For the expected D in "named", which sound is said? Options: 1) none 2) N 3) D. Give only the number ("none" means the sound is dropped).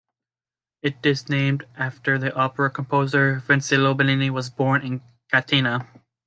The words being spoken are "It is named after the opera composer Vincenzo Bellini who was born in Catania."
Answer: 3